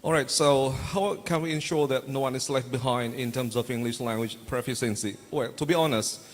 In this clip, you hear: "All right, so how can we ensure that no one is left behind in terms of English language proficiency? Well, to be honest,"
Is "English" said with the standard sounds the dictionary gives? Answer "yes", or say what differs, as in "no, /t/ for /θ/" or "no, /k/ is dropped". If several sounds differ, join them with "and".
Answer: yes